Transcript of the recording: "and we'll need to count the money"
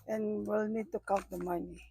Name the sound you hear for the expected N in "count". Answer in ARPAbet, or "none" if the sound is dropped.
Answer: none